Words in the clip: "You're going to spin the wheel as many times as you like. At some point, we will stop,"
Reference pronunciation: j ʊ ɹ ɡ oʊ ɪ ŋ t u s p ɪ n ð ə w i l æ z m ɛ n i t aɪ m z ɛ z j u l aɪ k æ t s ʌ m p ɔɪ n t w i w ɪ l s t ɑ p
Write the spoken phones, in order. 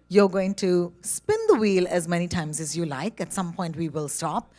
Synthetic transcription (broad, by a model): j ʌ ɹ ɡ oʊ ɪ ŋ t u s p ɪ n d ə w i l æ z m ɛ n i t aɪ m z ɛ z j u l aɪ k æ t s ʌ m p ɔɪ n t w i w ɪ l s t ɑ p